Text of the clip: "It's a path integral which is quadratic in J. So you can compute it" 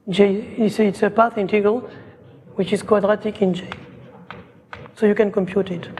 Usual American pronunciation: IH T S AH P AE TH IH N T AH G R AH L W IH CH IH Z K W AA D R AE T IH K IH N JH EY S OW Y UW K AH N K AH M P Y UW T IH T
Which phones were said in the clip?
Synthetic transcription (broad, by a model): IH T S AH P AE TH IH N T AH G AH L W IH CH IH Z K W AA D R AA T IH K IH N JH EY S OW Y UW K AH N K AH M P Y UW T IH T